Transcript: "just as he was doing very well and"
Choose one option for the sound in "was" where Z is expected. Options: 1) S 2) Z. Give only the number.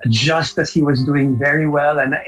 2